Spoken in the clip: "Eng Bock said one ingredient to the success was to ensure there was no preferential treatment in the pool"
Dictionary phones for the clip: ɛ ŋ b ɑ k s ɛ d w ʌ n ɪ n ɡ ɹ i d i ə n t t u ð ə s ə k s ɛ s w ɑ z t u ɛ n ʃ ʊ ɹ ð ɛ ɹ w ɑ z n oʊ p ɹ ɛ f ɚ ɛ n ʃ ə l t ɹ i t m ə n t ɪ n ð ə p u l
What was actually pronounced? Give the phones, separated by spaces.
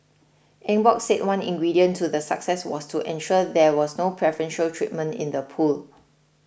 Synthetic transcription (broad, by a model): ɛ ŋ b ɑ k s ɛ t w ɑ n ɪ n ɡ ɹ i d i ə n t t u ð ə s ə k s ɛ s w ɑ s t u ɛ n ʃ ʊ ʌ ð ɛ w ɑ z n oʊ p ɹ ɛ f ɚ ɛ n ʃ ə l t ɹ i t m ə n t ɪ n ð ə p u l